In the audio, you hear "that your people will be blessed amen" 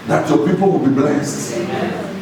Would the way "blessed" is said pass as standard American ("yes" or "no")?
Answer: yes